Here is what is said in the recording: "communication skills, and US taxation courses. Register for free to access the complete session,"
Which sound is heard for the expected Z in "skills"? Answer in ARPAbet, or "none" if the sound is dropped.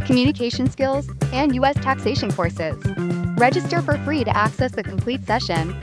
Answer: Z